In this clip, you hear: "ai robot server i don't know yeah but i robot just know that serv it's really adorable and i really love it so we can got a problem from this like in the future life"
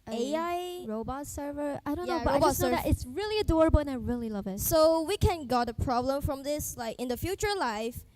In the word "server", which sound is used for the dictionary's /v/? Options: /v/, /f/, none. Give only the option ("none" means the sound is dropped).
/v/